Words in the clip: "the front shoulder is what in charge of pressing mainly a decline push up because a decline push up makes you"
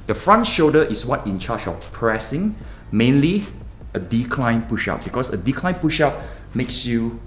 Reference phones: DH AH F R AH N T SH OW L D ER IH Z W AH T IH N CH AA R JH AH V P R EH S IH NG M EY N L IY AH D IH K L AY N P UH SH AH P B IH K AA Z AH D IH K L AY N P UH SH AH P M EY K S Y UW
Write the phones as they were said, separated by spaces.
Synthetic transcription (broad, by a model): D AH F R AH N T SH OW D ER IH S W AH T IH N CH AA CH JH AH F P R EH S IH NG M EY N L IY AH D IH K L AY N P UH SH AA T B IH K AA S AH D IH K L AY N P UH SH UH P M EY K S Y UW